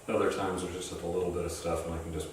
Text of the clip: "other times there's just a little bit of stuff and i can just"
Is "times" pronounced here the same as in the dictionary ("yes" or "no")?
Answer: yes